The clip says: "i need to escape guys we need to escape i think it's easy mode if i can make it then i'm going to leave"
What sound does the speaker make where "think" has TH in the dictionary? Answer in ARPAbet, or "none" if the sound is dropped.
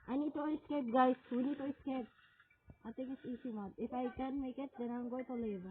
T